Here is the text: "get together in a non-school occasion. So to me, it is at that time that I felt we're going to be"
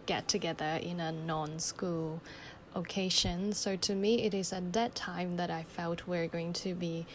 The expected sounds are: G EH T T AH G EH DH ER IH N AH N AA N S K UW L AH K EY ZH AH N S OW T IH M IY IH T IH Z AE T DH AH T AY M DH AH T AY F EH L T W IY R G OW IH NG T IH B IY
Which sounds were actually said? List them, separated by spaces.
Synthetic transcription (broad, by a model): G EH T T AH G EH DH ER IH N AH N AA N S K UW L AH K EY SH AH N S OW T IH M IY IH T IH Z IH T DH AH T AY M DH AH T AY F EH L T W IY R G OW IH NG T IH B IY